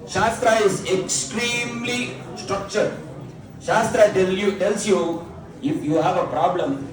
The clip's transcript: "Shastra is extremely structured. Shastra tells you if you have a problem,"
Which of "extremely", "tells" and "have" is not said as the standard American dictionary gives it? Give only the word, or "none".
tells